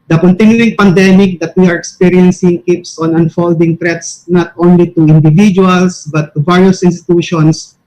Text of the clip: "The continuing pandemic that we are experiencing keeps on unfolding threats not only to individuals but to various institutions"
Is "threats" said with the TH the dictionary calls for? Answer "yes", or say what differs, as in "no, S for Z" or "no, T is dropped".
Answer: no, T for TH